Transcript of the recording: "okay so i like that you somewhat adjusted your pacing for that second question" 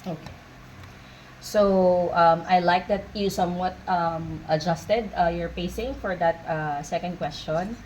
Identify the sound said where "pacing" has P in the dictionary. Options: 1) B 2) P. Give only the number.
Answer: 2